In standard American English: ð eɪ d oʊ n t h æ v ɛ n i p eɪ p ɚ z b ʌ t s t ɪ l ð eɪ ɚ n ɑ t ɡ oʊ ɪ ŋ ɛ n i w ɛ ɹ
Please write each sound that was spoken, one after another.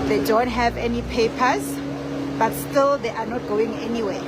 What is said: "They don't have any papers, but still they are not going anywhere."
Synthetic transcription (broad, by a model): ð eɪ d oʊ n t h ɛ v ɛ n i p eɪ p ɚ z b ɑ t s t ɪ l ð eɪ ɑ n ɑ t ɡ oʊ ɪ ŋ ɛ n i w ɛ